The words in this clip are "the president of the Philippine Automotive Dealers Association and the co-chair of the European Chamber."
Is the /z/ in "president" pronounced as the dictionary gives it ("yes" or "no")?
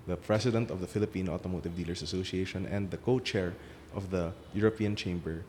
no